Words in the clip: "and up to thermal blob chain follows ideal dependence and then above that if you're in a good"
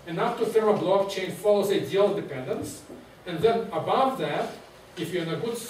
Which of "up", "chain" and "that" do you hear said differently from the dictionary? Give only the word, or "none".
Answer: up